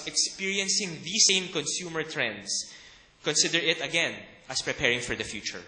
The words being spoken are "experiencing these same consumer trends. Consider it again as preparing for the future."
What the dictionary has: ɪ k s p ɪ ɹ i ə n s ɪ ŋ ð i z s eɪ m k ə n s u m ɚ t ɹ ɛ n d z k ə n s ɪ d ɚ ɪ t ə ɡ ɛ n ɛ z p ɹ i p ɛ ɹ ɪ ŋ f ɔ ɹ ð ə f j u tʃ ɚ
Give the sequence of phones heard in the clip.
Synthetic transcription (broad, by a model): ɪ k s p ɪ ɹ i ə n s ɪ ŋ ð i s eɪ m k ə n s u m ɚ t ɹ ɛ n d s k ə n s ɪ d ɚ ɪ t ə ɡ ɛ n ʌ s p ɹ i p ɛ ɹ ɪ ŋ f ɔ ɹ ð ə f j u tʃ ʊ